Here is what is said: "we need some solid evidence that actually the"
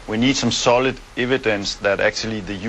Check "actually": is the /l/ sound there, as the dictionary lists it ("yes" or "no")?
yes